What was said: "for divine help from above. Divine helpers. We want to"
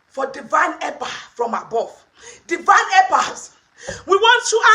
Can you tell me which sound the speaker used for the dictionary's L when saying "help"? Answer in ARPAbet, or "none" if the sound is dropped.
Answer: none